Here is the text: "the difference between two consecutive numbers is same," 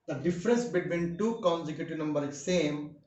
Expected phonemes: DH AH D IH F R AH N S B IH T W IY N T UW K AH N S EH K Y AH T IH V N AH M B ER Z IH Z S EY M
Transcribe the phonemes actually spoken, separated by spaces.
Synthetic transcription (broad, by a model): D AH D IH F R AH N S B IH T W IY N T UW K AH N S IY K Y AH T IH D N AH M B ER IH S EY M